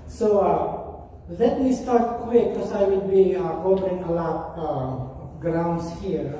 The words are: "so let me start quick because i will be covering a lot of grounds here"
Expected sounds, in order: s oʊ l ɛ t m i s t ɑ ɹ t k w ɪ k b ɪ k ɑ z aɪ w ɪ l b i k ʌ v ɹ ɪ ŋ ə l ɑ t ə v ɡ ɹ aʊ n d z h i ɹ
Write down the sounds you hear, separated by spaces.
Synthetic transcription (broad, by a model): s oʊ l ɛ t m i s t ɑ ɹ t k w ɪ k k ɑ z aɪ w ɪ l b i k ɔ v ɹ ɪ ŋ ə l ɑ t ɡ ɹ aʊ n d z h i ɹ